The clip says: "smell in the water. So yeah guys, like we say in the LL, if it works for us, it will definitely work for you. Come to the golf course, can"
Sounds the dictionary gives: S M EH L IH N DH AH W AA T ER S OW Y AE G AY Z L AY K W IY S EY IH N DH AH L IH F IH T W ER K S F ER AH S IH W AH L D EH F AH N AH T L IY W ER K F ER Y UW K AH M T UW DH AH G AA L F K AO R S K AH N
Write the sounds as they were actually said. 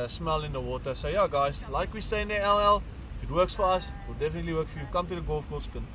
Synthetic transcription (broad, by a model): S M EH L IH N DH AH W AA T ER S OW Y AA G AY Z L AY K W IY S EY IH N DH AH L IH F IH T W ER K S F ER AH S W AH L D EH F AH N AH T L IY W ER K F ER Y UW K AH M T UW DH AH G AA L F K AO L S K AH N